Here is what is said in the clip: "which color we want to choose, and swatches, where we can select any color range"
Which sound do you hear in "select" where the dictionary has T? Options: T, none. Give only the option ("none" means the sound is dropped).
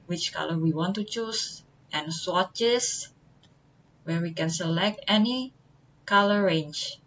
T